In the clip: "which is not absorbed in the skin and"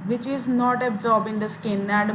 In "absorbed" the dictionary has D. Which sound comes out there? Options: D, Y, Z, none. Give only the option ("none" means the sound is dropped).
none